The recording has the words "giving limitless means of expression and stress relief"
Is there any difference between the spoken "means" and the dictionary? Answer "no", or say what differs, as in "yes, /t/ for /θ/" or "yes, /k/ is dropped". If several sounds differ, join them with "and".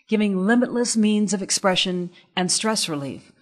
no